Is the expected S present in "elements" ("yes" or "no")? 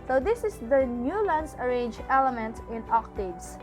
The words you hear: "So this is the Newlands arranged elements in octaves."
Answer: no